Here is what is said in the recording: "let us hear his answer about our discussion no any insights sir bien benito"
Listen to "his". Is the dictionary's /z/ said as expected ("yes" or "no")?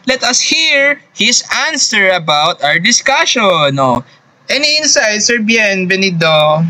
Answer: no